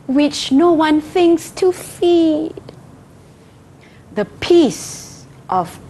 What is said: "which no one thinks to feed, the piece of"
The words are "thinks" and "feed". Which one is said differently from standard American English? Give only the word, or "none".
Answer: none